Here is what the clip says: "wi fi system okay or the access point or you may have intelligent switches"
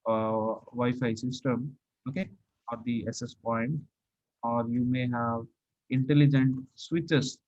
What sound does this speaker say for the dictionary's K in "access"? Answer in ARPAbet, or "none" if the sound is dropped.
none